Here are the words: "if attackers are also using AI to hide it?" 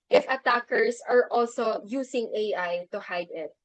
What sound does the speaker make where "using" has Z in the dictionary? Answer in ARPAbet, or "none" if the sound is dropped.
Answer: S